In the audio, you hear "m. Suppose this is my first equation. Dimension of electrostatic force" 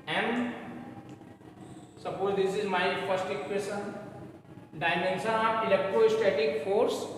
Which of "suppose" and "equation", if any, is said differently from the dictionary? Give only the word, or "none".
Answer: equation